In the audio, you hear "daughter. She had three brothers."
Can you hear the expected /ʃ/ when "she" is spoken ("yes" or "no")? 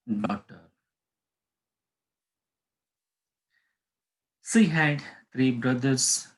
no